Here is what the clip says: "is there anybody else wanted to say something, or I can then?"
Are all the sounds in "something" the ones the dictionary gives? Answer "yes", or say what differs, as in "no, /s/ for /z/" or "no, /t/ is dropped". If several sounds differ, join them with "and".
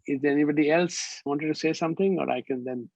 no, /t/ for /θ/